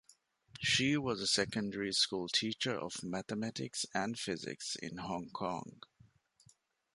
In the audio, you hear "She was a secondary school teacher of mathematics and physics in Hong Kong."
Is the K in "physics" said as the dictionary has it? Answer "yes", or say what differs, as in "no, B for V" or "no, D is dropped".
yes